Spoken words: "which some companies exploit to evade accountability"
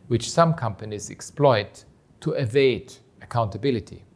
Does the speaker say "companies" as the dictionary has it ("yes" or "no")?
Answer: yes